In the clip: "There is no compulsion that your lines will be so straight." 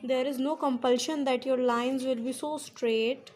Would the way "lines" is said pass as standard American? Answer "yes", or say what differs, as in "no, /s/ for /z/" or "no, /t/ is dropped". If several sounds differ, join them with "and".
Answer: yes